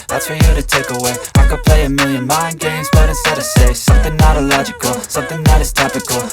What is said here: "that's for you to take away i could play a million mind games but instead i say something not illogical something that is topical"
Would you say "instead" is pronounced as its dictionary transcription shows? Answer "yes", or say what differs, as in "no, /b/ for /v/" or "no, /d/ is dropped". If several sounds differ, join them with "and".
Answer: no, /n/ is dropped